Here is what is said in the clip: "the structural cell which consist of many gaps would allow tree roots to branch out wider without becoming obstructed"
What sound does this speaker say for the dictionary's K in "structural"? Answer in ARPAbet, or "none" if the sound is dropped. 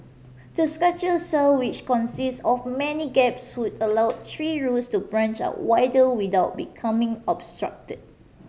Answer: none